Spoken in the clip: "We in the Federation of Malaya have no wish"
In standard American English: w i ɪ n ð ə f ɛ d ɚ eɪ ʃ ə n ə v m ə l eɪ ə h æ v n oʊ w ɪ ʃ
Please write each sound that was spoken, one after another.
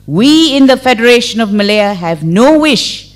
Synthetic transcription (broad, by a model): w i ɪ n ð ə f ɛ d ɚ eɪ ʃ ə n ə v m ə l eɪ ə h æ v n oʊ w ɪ ʃ